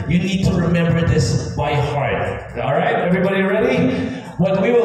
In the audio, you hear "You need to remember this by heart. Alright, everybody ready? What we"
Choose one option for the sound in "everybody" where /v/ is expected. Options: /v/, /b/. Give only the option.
/v/